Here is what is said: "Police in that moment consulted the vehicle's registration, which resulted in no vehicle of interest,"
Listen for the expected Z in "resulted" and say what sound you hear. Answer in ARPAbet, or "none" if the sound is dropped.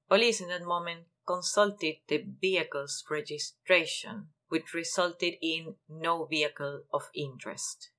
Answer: S